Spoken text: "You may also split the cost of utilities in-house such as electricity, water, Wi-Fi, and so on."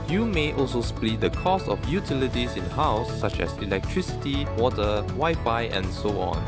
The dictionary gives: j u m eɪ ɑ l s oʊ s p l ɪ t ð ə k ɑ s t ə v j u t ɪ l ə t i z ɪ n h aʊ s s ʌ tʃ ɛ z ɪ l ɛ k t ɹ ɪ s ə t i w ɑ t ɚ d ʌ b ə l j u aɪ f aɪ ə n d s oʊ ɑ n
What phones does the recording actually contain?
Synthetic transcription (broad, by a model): j u m eɪ ɑ l s oʊ s p l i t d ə k ɑ s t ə f j u t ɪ l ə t i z ɪ n h aʊ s s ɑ tʃ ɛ s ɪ l ɛ k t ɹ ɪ s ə t i w ɑ t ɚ ʌ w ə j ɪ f aɪ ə n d s oʊ ɑ n